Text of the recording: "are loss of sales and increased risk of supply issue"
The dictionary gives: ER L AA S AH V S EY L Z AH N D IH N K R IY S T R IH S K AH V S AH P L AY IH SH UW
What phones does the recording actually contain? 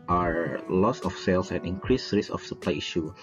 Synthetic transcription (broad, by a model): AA L AA S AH F S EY L S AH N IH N K R IY S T R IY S AH F S AH P L AY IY SH UW